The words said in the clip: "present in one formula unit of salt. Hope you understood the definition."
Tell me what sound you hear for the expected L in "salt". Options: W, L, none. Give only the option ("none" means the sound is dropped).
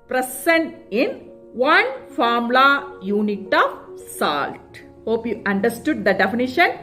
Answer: L